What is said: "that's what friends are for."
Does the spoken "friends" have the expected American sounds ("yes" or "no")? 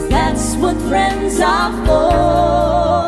yes